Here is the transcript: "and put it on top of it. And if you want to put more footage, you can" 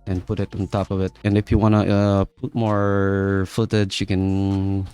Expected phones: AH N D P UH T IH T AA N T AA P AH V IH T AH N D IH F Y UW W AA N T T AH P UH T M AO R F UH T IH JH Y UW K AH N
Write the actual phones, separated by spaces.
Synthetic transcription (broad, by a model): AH N P UH T IH T N T AA P AH V IH T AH N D IH F Y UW W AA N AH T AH P UH T M AO R F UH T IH Z Y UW K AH N